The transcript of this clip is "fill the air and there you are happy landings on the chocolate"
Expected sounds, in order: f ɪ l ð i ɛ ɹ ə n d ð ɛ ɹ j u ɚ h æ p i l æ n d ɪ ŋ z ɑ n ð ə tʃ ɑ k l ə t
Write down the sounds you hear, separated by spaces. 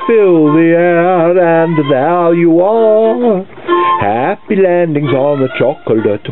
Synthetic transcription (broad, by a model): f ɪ l ð i ɛ ɹ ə n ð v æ l j u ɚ h æ p i l æ n d ɪ ŋ z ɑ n ð ə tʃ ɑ k l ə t